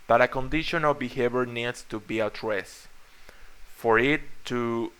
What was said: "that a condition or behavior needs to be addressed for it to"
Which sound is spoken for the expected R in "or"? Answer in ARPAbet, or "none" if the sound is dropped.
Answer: L